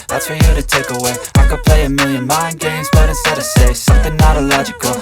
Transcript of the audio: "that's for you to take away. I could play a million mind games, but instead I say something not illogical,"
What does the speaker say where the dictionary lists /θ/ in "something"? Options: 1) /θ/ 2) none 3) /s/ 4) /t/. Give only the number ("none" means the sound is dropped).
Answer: 1